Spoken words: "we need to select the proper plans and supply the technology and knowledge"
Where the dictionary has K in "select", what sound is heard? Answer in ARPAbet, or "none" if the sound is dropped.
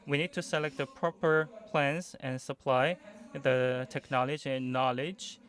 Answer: K